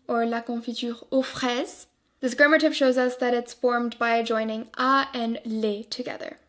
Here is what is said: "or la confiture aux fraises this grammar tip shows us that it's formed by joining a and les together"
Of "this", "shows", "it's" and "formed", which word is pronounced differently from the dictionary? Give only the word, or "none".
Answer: none